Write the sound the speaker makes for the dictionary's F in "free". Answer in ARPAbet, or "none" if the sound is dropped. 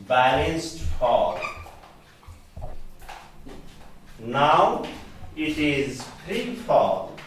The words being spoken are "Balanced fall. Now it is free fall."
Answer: P